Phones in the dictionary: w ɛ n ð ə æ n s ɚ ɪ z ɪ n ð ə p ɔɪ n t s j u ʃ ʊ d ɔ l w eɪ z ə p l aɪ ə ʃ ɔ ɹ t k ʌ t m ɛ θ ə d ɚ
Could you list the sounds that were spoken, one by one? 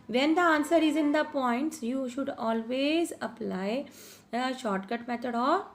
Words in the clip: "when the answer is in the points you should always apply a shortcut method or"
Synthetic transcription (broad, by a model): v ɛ n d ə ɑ n s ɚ ɪ z ɪ n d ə p ɔɪ n t s j u ʃ ʊ d ɔ l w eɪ z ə p l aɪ ə ʃ ɔ ɹ t k ʌ t m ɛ t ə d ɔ